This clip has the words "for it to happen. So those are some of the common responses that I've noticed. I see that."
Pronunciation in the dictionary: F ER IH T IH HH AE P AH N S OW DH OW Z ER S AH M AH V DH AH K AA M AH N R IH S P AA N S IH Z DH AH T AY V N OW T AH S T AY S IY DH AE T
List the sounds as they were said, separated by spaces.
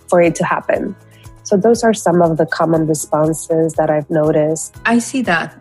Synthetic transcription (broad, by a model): F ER IH T IH HH AE P AH N S OW DH OW Z ER S AH M AH V DH AH K AA M AH N R IH S P AA N S IH Z DH AH T AY V N OW T AH S T AY S IY DH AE T